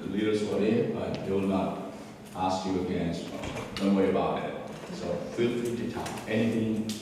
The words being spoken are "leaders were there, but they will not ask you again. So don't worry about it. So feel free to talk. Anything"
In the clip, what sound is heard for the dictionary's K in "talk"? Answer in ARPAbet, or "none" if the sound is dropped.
none